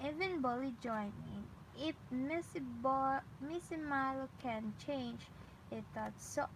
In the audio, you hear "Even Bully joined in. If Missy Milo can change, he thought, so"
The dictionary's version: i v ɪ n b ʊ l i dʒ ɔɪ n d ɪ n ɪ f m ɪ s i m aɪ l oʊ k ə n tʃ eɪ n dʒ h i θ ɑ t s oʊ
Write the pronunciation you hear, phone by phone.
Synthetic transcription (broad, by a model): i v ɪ n b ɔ l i dʒ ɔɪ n ɪ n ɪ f m ɪ s i m aɪ l oʊ k ə n tʃ eɪ n dʒ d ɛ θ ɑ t s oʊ